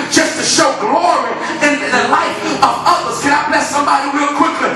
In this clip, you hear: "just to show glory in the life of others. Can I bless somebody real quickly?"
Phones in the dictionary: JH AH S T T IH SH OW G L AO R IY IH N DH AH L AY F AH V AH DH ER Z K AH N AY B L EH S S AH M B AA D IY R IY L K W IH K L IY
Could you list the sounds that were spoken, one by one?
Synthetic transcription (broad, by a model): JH AH S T T IH SH OW G L AO R IY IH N DH AH L AY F AH V AH DH ER Z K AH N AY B L EH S S AH M B AA D IY W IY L K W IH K L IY